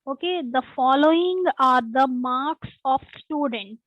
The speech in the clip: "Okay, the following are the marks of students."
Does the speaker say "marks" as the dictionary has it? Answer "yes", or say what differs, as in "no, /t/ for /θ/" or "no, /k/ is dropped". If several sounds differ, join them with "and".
yes